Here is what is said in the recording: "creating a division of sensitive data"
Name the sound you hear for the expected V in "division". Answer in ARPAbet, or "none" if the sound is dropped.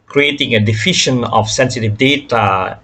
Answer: F